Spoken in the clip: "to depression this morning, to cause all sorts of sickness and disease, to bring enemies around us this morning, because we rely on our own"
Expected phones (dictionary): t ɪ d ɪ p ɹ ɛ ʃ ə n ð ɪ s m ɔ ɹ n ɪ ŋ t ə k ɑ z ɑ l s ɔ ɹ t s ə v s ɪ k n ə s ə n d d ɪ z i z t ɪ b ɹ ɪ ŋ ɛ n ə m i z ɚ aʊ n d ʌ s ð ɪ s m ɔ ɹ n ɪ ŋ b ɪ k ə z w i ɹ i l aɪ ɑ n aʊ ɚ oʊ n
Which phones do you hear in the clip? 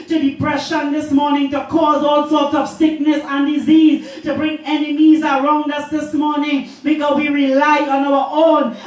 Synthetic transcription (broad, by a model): t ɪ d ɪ p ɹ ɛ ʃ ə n ð ɪ s m ɔ ɹ n ɪ ŋ t ə k ɑ z ɑ l s ɔ ɹ t s ə v s ɪ k n ə s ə n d d ɪ z i z t ɪ b ɹ ɪ ŋ ɛ n ə m i z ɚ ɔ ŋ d ʌ s ð ɪ s m ɔ ɹ n ɪ ŋ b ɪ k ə w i ɹ i l aɪ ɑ n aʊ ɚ oʊ n